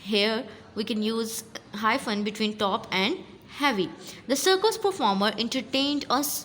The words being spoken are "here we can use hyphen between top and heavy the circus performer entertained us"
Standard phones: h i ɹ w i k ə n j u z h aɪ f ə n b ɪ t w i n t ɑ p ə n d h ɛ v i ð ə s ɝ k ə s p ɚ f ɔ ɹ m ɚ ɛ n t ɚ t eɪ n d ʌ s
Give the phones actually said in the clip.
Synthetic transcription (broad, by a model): h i ɹ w i k ə n j u z h aɪ f ə n b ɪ t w i n t ɑ p ə n d h ɛ v i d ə s ɝ k ə s p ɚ f ɔ ɹ m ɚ ɛ n t ɚ t eɪ n d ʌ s